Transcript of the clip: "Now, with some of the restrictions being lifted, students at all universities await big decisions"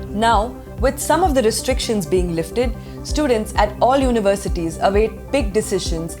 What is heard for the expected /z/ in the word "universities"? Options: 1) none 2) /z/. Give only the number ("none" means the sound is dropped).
2